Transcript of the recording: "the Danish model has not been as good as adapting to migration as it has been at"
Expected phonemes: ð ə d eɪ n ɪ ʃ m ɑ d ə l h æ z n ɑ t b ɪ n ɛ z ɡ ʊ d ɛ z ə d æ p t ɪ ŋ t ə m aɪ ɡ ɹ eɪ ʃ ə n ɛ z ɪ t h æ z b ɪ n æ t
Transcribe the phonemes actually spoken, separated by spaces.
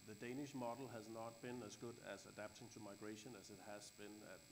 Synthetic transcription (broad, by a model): ð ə d eɪ n ɪ ʃ m ɑ d l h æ z n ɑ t b ɪ n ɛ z ɡ ʊ d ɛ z ə d æ p t ɪ ŋ t ə m aɪ ɡ ɹ eɪ ʃ ə n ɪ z ɪ t h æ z b ɪ n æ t